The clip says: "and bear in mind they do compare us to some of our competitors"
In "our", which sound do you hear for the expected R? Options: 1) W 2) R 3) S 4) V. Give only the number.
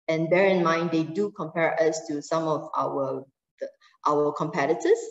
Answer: 1